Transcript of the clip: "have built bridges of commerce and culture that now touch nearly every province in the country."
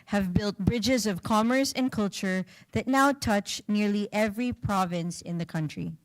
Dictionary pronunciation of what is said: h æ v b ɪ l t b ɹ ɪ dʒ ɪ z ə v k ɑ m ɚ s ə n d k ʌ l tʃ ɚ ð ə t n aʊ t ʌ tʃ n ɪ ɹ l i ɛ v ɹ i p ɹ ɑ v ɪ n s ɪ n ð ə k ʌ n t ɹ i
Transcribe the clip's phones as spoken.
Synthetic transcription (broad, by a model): h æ v b ɪ l t b ɹ ɪ dʒ ɪ z ə v k ɑ m ɚ s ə n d k ʌ l tʃ ɚ ð ə t n aʊ t ʌ tʃ n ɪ ɹ l i ɛ v ɹ i p ɹ ɑ v ɪ n s ɪ n ð ə k ʌ n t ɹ i